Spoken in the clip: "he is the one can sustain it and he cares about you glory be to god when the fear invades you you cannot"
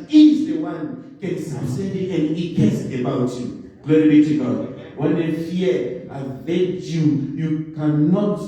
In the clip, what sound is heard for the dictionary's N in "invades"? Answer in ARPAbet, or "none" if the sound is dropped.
none